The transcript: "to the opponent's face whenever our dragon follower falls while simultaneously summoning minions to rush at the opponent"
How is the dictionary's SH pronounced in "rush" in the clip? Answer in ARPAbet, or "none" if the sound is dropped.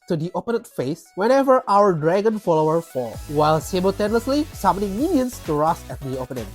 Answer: S